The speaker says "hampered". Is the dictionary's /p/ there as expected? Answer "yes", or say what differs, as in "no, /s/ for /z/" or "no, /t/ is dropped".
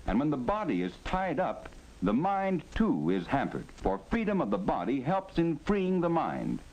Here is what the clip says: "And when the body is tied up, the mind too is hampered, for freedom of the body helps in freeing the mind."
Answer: yes